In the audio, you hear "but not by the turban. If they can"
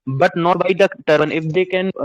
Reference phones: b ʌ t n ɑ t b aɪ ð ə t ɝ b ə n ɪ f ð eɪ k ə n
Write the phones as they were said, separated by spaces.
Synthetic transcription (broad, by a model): b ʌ t n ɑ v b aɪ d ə t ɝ ə n ɪ f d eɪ k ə n